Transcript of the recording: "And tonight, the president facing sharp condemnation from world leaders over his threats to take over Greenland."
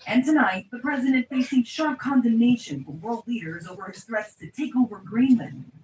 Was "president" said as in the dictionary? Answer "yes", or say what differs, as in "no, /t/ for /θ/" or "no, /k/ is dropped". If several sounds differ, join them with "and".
yes